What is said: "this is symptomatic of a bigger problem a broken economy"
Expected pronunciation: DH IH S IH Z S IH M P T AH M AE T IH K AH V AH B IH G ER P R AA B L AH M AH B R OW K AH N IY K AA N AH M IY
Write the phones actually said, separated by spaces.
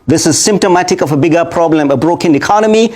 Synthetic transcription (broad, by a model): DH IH S IH Z S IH M P T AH M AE T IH K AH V AH B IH G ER P R AA B L AH M AH B R OW K AH N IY K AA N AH M IY